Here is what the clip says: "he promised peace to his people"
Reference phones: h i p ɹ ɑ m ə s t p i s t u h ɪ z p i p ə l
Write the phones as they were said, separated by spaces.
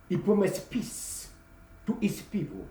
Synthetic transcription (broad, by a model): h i p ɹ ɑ m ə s p i s t u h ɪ s p i p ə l